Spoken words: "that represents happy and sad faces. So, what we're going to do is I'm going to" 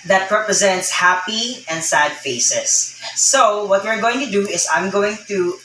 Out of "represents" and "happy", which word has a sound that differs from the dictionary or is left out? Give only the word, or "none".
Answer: none